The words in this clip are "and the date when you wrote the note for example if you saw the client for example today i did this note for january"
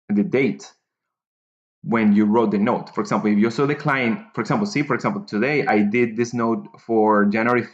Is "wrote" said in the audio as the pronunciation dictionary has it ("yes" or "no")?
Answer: yes